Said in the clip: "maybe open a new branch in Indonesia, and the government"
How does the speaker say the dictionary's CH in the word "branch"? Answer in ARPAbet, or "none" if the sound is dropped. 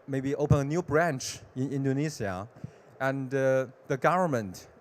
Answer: CH